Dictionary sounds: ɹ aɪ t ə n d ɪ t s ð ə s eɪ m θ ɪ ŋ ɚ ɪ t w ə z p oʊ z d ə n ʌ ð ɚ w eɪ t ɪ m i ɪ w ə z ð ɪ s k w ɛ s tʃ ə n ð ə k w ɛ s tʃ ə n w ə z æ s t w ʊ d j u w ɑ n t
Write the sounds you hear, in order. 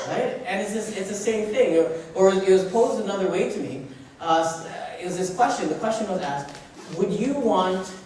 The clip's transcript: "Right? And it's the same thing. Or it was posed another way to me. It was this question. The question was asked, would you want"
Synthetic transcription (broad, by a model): ɹ aɪ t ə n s ɪ t s ð ə s eɪ m θ ɪ ŋ ɚ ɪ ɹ w ə z p oʊ z d ə n ʌ ð ɚ w eɪ t ɪ m i ɪ w ə z ð ɪ s k w ɛ s tʃ ə n ð ə k w ɛ s tʃ ə n w ə z æ s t w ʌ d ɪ w ɑ n t